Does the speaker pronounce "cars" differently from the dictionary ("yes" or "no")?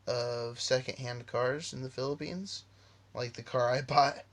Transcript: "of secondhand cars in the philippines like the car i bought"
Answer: no